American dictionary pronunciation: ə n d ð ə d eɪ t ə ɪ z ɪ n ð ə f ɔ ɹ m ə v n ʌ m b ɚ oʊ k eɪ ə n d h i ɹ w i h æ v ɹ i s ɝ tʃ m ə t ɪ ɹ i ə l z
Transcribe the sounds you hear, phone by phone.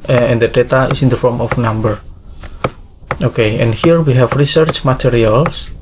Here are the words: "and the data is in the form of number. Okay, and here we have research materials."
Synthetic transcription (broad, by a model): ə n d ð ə d eɪ t ə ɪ s ɪ n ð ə f ɔ ɹ m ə f n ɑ m b ɚ oʊ k eɪ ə n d h i ɹ w i h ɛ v ɹ i s ɝ tʃ m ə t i ɹ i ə l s